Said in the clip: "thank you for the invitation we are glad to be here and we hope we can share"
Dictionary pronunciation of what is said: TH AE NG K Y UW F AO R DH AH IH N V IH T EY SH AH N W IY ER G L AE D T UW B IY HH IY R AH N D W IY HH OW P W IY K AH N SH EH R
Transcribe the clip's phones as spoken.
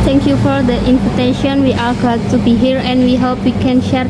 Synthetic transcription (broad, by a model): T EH NG K Y UW F AO R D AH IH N P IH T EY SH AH N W IY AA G AA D T UW B IY HH IY R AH N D W IY HH OW P W IY K AH N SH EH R